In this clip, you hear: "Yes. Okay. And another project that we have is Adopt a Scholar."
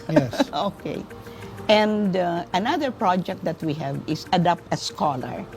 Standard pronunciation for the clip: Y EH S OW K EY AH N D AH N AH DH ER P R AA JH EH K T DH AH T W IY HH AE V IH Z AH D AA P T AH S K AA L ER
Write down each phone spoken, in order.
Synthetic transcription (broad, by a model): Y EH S OW K EY AH N D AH N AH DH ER P R AA JH EH K T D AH T W IY HH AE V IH S AH D AA P T AH S K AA L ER